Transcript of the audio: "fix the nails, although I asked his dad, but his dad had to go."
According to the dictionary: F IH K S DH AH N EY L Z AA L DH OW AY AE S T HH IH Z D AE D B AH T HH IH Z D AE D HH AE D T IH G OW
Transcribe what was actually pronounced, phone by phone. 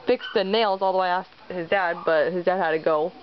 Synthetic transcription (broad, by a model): F IH K S DH AH N EY L Z AA L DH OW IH AE S T HH IH Z D AE D B AH T HH IH Z D AE D HH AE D T IH G OW